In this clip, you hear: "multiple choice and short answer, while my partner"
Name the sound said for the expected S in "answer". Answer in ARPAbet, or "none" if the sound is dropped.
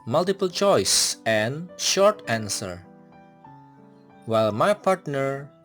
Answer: S